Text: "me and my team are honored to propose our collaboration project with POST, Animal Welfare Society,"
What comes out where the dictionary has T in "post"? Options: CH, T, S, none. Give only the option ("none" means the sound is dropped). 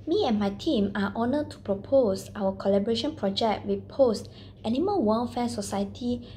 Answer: T